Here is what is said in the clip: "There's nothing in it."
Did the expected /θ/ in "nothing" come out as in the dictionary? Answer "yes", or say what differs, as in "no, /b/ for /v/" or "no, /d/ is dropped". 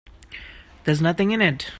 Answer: yes